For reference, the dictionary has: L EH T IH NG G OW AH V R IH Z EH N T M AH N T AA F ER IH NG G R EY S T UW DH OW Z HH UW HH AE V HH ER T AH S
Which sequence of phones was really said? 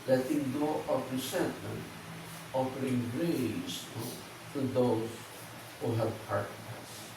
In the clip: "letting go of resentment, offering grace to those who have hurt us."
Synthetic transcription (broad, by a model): L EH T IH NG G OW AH P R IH S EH N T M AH N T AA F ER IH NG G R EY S T UW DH OW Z HH UW HH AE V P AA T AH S